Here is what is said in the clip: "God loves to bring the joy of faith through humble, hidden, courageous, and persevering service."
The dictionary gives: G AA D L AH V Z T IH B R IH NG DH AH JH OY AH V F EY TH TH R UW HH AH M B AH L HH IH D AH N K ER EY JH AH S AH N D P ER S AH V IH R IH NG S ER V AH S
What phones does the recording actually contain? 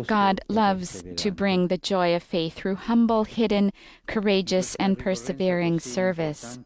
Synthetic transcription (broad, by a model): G AA D L AH V Z T IH B R IH NG DH AH JH OY AH V F EY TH TH R UW HH AH M B L HH IH D N K ER EY JH AH S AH N P ER S AH V IH R IH NG S ER V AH S